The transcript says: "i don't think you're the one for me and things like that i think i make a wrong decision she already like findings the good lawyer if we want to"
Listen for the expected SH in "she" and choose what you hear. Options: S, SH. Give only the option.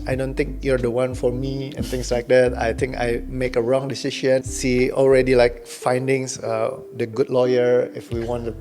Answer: S